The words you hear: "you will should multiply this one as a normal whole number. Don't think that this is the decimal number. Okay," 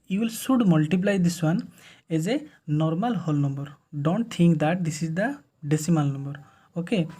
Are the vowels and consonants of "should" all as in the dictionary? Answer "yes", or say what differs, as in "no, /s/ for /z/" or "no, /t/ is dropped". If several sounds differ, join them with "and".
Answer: no, /s/ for /ʃ/